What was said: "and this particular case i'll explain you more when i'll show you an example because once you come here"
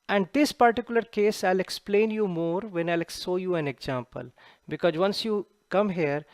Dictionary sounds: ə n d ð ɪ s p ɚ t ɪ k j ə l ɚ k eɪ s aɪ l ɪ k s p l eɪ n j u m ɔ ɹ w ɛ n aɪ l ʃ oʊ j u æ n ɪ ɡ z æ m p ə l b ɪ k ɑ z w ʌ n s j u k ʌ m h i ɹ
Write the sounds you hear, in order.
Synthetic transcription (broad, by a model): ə n d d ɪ s p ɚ t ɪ k j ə l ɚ k eɪ s aɪ l ɪ k s p l eɪ n j u m ɔ ɹ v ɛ n aɪ l s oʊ j u æ n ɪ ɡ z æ m p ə l b ɪ k ɑ z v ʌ n s j u k ʌ m h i ɹ